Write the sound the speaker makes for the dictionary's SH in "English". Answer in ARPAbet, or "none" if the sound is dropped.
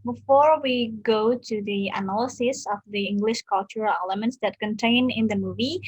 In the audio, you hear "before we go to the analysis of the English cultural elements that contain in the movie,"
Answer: SH